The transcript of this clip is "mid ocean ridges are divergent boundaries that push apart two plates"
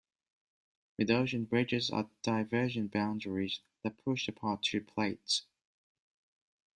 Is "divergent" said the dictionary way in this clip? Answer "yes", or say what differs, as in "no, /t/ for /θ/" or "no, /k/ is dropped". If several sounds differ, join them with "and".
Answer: no, /ʒ/ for /dʒ/